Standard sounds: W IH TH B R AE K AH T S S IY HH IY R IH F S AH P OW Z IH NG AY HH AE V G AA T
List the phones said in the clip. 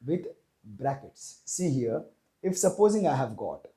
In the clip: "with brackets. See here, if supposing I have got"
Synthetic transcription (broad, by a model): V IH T B R AE K AH T S S IY HH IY R IH F S AH P OW Z IH NG AY HH AE V G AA T